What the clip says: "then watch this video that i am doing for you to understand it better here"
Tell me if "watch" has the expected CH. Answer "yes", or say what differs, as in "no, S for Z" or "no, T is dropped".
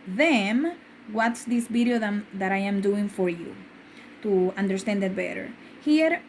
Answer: no, S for CH